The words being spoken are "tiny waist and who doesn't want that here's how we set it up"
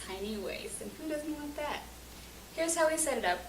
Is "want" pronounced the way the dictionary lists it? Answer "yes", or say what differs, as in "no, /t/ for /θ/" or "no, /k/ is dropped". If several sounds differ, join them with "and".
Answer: no, /n/ is dropped